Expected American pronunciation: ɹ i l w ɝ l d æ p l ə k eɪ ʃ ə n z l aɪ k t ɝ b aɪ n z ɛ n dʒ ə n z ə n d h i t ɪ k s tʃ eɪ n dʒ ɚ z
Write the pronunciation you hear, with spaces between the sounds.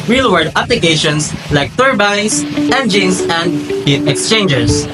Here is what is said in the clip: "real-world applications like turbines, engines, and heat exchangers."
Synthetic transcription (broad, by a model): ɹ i l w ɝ d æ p l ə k eɪ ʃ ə n s l aɪ k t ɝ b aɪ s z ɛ n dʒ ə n s ə n d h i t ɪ k s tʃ eɪ n dʒ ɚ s